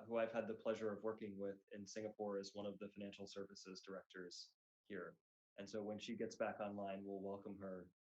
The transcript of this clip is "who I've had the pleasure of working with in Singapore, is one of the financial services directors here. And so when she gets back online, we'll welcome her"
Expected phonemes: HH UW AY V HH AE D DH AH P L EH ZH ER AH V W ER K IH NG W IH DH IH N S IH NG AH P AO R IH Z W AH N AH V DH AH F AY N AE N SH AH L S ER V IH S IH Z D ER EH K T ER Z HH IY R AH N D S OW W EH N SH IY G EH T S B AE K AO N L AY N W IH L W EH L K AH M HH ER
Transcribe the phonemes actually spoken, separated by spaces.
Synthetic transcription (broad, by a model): HH UW AY V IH D DH AH P L EH ZH ER AH V W ER K IH NG W IH DH IH N S IH NG AH P AO R IH Z W AH N AH V DH AH F AY N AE N SH L S ER V IH S IH Z D ER EH K T ER Z HH IY R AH N S OW W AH N SH IY G EH T S B AE K AO N L AY N W IH L W EH L K AH M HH ER